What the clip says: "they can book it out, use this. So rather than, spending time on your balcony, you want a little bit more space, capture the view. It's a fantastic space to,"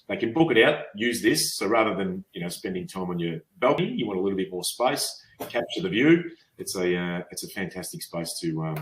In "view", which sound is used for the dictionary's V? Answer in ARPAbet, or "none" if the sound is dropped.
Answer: V